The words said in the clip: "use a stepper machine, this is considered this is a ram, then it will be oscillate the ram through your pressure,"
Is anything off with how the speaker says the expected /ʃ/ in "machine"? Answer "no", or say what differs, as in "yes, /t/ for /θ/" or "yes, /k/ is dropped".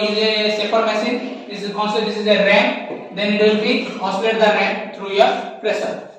yes, /s/ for /ʃ/